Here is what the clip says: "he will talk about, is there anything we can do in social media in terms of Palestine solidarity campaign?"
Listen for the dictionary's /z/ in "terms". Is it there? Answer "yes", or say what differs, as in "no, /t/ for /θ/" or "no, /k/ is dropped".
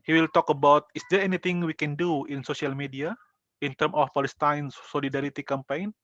no, /z/ is dropped